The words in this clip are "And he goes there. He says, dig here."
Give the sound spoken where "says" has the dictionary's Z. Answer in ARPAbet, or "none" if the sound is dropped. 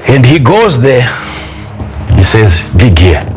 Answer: Z